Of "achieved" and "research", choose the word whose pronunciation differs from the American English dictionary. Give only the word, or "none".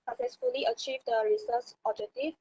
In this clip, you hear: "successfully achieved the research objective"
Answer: research